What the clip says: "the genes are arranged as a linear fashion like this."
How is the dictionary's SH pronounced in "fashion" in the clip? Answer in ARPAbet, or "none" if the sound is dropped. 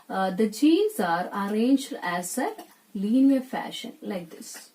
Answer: SH